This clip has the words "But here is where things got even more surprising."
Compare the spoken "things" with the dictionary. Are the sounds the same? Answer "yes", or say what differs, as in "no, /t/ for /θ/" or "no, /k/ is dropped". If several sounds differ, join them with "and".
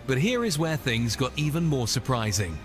yes